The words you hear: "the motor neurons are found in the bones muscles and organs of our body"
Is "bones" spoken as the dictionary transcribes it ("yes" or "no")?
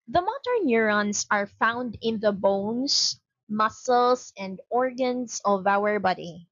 no